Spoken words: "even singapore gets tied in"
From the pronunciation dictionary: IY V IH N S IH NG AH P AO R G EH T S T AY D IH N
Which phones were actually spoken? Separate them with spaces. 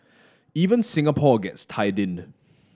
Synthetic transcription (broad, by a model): IY V IH N S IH NG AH P AO G EH T S T AY D IH N